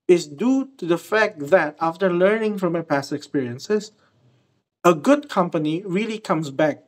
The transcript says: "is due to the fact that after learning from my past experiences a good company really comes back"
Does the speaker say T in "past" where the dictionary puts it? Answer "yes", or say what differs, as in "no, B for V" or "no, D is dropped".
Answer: yes